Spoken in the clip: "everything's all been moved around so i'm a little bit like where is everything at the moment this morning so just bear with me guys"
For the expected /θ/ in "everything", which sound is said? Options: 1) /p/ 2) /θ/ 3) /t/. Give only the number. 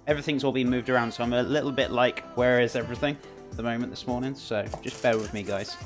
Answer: 2